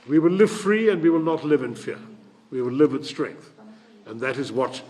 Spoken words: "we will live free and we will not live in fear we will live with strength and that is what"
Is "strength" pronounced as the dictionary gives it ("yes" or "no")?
yes